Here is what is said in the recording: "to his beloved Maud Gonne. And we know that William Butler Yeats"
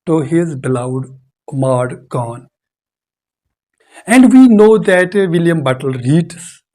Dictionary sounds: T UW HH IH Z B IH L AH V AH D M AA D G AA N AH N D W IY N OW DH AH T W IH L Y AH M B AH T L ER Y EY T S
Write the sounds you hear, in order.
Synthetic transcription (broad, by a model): T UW HH IH Z B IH L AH AH D M AA D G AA N AH N D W IY N OW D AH T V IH L Y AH M B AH T L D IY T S